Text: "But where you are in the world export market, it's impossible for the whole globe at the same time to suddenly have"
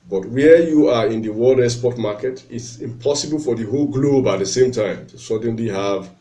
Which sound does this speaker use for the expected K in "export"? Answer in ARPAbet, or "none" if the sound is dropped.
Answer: none